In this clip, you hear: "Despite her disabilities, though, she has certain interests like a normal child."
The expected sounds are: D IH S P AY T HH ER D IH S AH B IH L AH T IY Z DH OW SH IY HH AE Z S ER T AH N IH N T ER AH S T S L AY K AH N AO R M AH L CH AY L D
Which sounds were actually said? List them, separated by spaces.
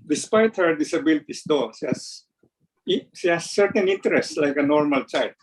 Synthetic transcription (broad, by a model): D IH S P AY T HH ER D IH S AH B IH L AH T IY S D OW SH IY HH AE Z SH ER T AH N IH N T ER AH S T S L AY K AH N AO R M AH L CH AY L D